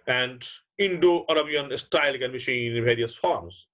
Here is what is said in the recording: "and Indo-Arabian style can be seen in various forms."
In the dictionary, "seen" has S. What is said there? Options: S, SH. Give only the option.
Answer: SH